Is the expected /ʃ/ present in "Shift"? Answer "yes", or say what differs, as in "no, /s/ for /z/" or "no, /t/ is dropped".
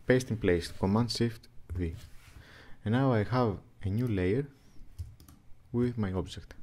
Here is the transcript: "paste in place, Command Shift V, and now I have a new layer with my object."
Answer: no, /s/ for /ʃ/